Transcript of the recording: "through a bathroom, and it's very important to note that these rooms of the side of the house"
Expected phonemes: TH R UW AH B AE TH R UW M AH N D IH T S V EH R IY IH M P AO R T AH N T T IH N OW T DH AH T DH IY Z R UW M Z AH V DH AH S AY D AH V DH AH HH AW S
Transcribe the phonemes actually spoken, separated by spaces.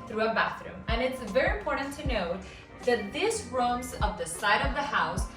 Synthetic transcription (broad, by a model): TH R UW AH B AE TH R UW M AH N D IH T S V EH R IY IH M P AO R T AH N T T IH N OW T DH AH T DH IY S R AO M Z AH V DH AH S AY D AH V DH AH HH AW S